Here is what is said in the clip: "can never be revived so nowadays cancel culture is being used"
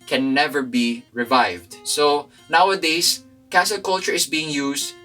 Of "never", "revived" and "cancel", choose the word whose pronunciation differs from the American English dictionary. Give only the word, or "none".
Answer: cancel